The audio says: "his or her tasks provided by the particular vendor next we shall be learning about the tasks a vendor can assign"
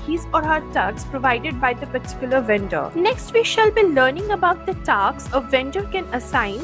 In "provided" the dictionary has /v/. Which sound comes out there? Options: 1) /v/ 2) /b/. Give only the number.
1